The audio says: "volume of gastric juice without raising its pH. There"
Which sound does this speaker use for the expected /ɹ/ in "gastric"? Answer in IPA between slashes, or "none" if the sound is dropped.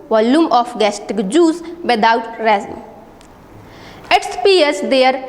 none